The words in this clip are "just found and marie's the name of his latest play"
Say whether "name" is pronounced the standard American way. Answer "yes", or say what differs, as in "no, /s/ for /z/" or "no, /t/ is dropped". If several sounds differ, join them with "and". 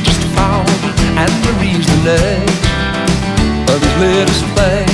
no, /m/ is dropped